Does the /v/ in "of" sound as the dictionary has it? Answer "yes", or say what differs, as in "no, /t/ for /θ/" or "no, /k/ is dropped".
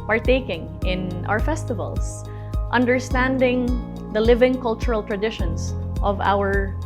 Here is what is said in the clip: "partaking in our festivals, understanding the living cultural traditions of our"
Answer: yes